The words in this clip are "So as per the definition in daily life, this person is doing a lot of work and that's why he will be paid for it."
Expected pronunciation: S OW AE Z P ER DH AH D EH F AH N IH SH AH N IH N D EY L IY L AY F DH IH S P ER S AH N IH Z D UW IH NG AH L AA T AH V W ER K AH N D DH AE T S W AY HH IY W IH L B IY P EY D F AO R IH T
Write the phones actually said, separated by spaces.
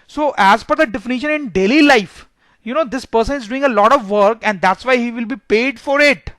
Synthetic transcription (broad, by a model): S OW AE Z F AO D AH D EH F AH N IH SH AH N IH N D EY L IY L AY F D IH S P ER S AH N IH Z D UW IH NG AH L AA T AH V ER K AH N D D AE T S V AY HH IY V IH L B IY P EY D F AO R IH T